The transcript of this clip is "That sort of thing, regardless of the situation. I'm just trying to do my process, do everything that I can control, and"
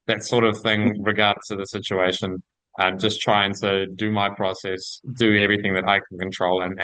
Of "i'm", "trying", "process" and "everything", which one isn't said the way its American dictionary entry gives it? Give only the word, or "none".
none